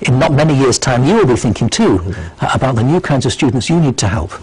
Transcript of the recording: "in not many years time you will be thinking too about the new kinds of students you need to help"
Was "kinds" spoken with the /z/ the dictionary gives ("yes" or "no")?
yes